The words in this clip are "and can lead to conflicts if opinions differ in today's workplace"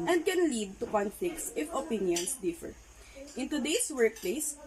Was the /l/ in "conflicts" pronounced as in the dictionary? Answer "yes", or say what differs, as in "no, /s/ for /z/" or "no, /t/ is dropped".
no, /l/ is dropped